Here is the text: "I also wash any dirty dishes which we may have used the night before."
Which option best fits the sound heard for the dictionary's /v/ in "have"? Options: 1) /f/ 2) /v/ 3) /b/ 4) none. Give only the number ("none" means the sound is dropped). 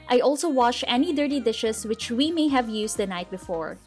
2